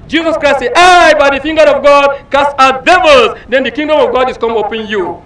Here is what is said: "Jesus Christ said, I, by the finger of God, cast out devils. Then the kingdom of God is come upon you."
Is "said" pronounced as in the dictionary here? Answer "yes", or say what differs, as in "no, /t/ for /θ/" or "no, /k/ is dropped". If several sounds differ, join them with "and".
no, /d/ is dropped